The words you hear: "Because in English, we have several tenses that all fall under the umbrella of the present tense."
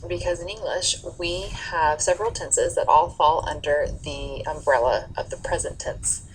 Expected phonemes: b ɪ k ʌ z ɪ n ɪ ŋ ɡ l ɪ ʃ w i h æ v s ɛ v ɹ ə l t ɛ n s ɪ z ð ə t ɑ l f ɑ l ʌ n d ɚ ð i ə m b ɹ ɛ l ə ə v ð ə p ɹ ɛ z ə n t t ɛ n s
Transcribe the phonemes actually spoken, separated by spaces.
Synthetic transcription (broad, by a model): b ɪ k ʌ z ɪ n ɪ ŋ ɡ l ɪ ʃ w i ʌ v s ɛ v ɹ l t ɛ n s ɪ z ð ə t ɑ l f ɑ l ʌ n d ɚ ð i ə m b ɹ ɛ l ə ə v ð ə p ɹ ɛ z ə n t t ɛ n s